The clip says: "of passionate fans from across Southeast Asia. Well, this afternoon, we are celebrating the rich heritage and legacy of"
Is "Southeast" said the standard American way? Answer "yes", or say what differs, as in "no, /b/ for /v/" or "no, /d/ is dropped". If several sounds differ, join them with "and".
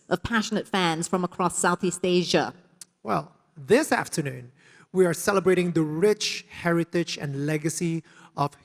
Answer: yes